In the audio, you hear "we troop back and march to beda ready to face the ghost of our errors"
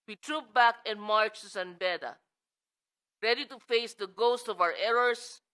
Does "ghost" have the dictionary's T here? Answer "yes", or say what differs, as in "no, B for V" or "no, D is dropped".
yes